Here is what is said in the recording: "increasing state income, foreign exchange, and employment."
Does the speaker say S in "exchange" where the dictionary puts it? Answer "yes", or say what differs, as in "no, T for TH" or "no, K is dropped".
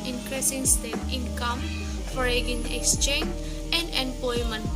yes